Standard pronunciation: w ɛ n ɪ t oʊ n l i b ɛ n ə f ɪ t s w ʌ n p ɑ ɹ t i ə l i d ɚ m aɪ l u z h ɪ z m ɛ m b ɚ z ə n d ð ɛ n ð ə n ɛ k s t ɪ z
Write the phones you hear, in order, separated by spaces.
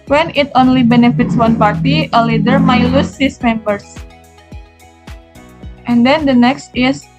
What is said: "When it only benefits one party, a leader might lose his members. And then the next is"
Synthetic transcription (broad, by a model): w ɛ n ɪ t oʊ n l i b ɛ n ə f ɪ t s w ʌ n p ɑ ɹ t i ə l i d ɚ m aɪ l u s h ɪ s m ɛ m b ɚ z ə n d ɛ n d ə n ɛ k s t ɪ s